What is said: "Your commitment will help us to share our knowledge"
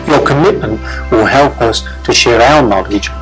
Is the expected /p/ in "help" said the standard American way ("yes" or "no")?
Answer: yes